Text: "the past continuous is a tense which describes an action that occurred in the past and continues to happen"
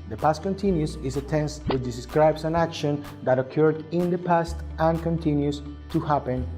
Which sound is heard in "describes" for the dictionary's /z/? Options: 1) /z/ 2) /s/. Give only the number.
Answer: 2